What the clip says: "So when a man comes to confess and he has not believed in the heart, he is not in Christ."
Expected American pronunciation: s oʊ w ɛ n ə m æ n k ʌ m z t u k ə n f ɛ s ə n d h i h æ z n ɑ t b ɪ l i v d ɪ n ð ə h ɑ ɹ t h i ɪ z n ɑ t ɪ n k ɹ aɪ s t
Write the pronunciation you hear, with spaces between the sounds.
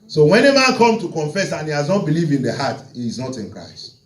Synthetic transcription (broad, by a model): s oʊ w ɛ n ə m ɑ n k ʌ m t u k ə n f ɛ s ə n h i h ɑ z n ɑ t b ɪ l i v ɪ n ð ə h ɑ t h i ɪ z n ɑ t ɪ n k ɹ aɪ s t